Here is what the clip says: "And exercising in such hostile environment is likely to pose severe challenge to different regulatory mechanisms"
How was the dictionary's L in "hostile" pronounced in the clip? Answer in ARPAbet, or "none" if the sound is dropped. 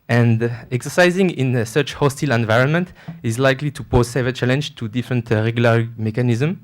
L